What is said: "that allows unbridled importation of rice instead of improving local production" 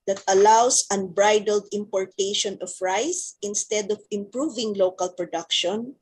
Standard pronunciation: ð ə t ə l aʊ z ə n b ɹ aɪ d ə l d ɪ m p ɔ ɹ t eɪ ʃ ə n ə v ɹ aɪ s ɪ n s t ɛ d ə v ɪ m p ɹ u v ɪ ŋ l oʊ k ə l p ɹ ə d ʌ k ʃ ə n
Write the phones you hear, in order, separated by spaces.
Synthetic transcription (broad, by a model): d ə t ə l aʊ s ə n b ɹ aɪ d ə l d ɪ m p ɔ ɹ t eɪ ʃ ə n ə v ɹ aɪ s ɪ n s t ɛ d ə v ɪ m p ɹ u v ɪ ŋ l oʊ k ə l p ɹ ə d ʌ k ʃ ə n